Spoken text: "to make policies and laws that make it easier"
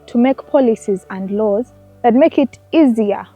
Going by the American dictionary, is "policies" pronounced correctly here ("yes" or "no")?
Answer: yes